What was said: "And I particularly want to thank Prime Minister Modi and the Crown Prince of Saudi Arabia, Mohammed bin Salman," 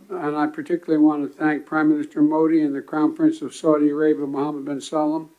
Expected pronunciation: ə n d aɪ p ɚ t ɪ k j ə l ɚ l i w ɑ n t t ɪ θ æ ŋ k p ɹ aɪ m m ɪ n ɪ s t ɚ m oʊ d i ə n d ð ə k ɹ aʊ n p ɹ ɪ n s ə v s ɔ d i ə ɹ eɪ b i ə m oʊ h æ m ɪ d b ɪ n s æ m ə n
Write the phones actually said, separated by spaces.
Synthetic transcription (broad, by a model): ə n aɪ p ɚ t ɪ k j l l i w ɑ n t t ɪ θ æ ŋ k p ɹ aɪ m m ɪ n ɪ s t ɚ m oʊ d i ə n ð ə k aʊ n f ɹ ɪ n s ə v s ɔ d i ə ɹ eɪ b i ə m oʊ h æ m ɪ d b ɪ n s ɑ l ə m